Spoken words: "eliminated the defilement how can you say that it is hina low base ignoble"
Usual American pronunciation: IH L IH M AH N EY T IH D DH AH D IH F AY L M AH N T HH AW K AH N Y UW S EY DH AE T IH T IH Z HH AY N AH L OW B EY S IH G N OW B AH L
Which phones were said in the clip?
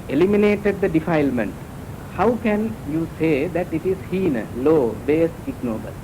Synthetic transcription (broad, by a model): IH L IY M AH N EY T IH D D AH D IH F AY L M AH N T HH AW K AH N Y UW S EY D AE T IH T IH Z HH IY N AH L OW B EY S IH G N OW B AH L